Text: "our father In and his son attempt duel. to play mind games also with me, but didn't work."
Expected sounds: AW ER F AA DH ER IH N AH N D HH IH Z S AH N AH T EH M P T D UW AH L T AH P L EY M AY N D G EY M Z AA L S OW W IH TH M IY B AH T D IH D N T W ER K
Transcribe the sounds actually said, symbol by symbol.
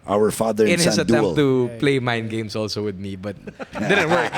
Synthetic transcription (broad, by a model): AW ER F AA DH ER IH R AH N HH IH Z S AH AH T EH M T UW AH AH P L EY M AY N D G EY M S AA L S OW W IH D M IY B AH T D IH D N T W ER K